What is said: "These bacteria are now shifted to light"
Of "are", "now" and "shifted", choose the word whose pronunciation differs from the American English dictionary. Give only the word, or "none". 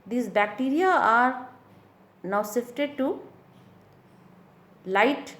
shifted